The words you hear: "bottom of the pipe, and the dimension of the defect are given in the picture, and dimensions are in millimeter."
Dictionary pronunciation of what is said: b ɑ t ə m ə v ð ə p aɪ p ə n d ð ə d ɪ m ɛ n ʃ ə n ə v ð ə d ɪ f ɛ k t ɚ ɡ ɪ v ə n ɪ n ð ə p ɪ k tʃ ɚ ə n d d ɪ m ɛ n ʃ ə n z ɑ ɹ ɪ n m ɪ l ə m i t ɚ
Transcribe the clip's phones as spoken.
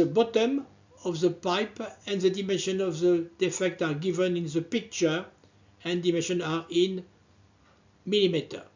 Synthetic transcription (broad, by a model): b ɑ t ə m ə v ð ə p aɪ p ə n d ð ə d ɪ m ɛ n ʃ ə n ə v ð ə d ɪ f ɛ k t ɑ ɡ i v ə n ɪ n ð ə p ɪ k tʃ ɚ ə n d d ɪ m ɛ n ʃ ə n ɑ ɹ ɪ n m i l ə m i t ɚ